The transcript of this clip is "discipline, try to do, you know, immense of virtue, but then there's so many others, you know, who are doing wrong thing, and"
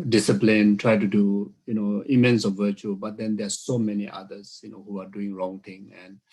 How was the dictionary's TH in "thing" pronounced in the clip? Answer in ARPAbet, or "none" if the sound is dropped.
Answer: T